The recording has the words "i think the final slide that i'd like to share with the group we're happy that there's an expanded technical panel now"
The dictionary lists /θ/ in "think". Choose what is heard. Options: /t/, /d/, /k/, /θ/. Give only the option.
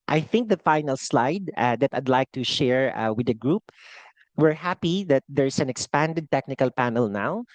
/θ/